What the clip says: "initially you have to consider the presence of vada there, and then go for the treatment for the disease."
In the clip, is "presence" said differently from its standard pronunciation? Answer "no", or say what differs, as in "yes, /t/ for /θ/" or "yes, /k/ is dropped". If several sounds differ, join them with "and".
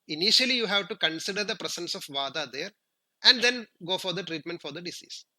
yes, /s/ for /z/